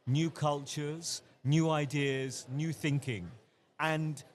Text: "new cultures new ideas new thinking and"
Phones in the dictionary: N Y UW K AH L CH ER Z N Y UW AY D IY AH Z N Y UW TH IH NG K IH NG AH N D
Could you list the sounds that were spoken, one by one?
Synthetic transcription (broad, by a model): N Y UW K AH L CH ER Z N Y UW AY D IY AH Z N Y UW TH IH NG K IH NG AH N